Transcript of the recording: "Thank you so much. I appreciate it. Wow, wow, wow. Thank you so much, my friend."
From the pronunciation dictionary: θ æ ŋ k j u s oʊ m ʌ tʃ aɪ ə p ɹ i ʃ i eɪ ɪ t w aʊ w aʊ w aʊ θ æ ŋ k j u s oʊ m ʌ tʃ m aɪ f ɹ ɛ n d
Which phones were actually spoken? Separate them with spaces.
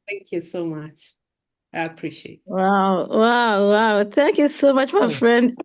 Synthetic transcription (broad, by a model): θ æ ŋ k j u s oʊ m ʌ tʃ aɪ ə p ɹ i ʃ i eɪ ɪ t w aʊ w aʊ w aʊ θ æ ŋ k j u s oʊ m ʌ tʃ m aɪ f ɹ ɛ n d